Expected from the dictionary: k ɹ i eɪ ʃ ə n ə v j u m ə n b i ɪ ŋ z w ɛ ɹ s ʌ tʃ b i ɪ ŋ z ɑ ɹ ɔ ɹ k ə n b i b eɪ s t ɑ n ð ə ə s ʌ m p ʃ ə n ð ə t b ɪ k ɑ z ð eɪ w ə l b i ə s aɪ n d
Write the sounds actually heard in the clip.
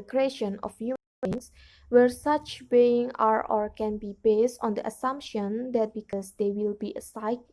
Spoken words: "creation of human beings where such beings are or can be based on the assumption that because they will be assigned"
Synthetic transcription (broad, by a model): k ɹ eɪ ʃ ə n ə f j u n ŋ s w ɛ ɹ s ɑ tʃ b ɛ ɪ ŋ ɑ ɹ ɔ ɹ k ə n b i b eɪ s t ɑ n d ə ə s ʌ m p ʃ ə n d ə t b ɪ k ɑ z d eɪ w ə l b i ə s aɪ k